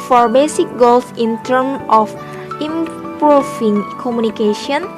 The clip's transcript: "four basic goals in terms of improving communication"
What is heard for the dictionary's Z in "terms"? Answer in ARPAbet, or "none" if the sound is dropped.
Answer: none